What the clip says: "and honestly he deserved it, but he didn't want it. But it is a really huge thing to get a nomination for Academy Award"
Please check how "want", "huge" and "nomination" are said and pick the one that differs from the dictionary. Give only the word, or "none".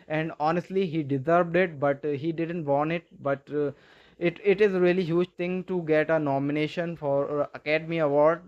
want